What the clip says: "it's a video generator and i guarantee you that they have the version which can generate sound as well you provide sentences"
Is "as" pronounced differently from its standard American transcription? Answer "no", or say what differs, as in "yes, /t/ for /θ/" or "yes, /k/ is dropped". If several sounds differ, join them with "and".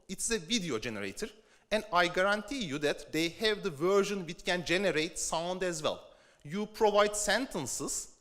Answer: no